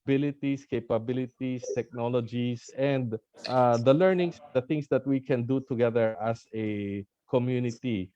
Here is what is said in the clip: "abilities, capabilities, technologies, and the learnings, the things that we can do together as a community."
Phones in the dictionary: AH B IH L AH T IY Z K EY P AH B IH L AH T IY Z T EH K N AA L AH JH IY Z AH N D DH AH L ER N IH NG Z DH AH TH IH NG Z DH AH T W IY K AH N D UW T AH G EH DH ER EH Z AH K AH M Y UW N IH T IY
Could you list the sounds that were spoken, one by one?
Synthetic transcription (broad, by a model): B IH L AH T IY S K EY P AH B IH L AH T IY S T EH K N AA L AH JH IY S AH N D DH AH L ER N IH NG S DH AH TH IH NG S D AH T W IY K AH N D UW T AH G EH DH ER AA S AH K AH M Y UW N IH T IY